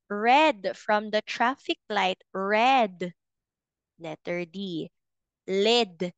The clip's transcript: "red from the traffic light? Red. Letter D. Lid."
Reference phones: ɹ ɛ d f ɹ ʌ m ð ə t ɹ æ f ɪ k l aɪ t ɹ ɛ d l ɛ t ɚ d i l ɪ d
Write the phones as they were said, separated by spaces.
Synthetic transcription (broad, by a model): ɹ ɛ d f ɹ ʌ m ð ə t ɹ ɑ f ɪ k l aɪ t ɹ ɛ d n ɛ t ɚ d i l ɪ d